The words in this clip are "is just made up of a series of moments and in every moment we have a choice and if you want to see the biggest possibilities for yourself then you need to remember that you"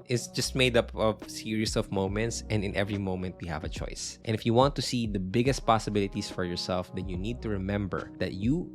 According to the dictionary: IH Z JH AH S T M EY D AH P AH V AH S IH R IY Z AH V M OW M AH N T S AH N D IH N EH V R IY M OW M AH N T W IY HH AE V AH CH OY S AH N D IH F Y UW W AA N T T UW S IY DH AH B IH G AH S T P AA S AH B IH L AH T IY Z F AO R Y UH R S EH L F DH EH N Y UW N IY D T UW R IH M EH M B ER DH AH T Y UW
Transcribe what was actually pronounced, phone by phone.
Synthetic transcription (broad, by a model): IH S JH AH S T M EY D AH P AH V S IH R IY S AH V M OW M AH N T S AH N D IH N EH V R IY M OW M AH N T W IY HH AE V AH CH OY S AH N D IH F Y UW W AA N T T UW S IY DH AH B IH G AH S T P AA S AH B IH L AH T IY S F AO R Y UH R S EH L F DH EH N Y UW N IY D T UW R IH M EH M B ER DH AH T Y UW